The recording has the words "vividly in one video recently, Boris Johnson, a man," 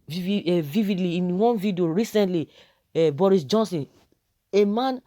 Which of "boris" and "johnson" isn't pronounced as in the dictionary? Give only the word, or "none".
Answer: none